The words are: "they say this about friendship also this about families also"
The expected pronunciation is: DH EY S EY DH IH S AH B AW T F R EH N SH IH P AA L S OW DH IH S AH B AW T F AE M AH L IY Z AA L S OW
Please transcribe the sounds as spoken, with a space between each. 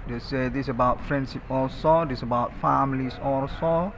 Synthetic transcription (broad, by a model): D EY S EY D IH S AH B AW T F R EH N S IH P AA L S OW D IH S AH B AW T F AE M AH L IY S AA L S OW